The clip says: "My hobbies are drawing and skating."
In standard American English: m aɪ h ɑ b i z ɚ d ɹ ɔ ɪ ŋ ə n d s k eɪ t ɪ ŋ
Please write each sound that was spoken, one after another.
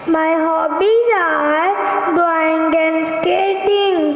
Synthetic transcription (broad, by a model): m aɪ h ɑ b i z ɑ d w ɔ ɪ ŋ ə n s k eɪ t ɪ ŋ